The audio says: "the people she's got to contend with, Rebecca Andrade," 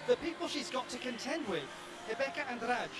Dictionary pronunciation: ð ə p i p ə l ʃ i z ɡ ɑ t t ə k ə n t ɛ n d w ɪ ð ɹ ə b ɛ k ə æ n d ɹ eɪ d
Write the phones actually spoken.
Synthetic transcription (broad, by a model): ð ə p i p ə l ʃ i z ɡ ɑ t t ə k ə n t ɛ n d w ɪ ð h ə b ɛ k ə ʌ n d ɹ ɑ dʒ